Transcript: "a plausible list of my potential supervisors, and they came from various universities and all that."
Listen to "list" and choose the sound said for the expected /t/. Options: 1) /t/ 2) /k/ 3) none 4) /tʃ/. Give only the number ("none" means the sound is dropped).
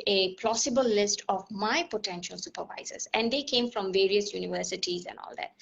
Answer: 1